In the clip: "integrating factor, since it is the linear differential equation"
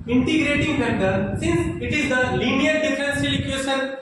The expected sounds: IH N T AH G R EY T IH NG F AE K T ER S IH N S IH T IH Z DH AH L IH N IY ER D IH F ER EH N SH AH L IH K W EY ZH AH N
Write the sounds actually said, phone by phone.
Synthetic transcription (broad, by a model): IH N T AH G R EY T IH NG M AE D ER S IH N S IH T IH Z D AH L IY N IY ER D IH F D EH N S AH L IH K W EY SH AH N